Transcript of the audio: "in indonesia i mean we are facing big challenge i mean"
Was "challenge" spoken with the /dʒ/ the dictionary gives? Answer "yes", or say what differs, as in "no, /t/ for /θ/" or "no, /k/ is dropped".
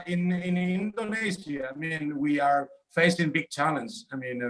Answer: no, /z/ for /dʒ/